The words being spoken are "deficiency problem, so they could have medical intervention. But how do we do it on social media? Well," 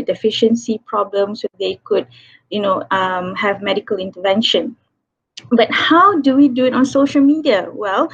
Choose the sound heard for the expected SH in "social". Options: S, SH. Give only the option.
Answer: SH